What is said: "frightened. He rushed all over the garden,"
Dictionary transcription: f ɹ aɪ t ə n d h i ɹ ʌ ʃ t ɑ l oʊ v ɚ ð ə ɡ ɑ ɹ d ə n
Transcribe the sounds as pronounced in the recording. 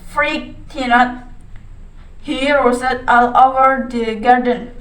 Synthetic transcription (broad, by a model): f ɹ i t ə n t h i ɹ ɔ s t ɑ l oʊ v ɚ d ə ɡ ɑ ɹ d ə n